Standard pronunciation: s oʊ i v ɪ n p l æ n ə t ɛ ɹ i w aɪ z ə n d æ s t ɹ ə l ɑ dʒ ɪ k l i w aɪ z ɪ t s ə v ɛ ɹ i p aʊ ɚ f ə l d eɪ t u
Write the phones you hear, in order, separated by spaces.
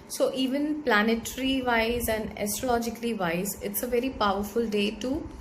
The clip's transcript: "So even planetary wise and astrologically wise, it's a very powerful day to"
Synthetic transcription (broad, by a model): s oʊ i v ɪ n p l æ n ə t ɹ i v aɪ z ə n d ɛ s t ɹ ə l ɑ dʒ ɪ k l i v aɪ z ɪ t s ə v ɛ ɹ i p aʊ ɚ f ə l d eɪ t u